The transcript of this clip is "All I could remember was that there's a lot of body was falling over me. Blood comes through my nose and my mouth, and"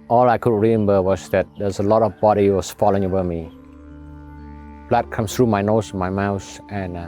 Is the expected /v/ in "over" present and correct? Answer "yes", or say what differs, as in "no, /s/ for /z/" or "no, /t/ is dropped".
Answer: no, /b/ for /v/